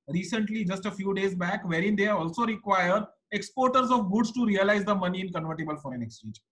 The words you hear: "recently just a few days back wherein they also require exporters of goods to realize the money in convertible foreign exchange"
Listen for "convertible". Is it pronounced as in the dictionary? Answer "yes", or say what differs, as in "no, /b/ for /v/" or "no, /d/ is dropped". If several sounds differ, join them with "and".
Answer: yes